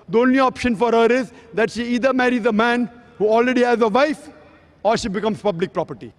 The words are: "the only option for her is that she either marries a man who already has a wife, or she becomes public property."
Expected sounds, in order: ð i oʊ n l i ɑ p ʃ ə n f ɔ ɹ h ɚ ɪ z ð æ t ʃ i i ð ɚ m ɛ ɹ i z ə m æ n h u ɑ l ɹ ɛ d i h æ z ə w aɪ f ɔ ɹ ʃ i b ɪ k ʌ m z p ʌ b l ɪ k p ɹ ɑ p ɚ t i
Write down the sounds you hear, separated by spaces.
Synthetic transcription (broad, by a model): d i oʊ n l i ɑ p ʃ ə n f ɔ ɹ h ɚ ɪ z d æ t ʃ i i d ɚ m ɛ ɹ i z ə m æ n h u ɑ l ɹ ɛ d i h æ z ə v aɪ f ɔ ɹ ʃ i b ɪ k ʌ m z p ʌ b l ɪ k p ɹ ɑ p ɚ t i